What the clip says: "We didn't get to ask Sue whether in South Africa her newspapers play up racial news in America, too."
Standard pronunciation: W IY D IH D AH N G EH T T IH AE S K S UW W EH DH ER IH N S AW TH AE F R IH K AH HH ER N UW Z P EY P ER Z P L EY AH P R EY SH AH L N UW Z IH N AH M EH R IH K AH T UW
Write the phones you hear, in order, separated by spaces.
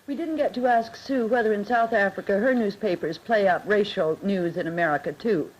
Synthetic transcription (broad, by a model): W IY D IH D N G EH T T IH AE S K S UW W EH DH ER IH N S AW TH AE F R IH K AH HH ER N UW Z P EY P ER Z P L EY AH P R EY SH L N UW Z IH N AH M EH R IH K AH T UW